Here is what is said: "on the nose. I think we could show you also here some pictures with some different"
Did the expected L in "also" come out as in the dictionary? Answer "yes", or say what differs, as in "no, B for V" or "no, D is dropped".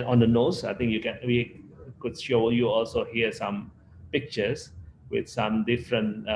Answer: yes